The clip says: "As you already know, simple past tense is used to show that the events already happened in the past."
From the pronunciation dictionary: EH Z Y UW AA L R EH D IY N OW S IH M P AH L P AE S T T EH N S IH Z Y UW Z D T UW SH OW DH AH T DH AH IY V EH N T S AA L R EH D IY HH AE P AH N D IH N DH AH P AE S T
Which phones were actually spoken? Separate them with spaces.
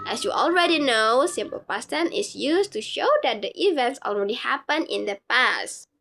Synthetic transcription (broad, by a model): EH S Y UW AA L R EH D IY N OW S IH M P AH L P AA S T T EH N IH S Y UW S T UW SH OW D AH T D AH IY V EH N T S AA L R EH D IY HH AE P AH N IH N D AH P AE S T